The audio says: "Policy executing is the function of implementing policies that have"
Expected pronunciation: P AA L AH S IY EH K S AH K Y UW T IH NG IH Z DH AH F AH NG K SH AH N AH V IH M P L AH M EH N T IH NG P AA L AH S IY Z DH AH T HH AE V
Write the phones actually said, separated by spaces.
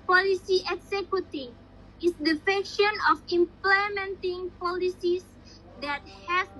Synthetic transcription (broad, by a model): P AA L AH S IY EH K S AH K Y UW T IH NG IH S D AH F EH K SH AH N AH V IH M P L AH M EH N T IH NG P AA L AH S IY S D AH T HH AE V